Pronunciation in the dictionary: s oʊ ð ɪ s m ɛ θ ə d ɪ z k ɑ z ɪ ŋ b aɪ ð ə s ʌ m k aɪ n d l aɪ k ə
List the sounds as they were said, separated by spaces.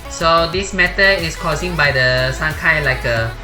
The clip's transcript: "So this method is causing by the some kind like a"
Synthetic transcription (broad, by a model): s oʊ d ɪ s m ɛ t ə ɪ s k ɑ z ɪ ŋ b aɪ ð ə s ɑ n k aɪ l aɪ k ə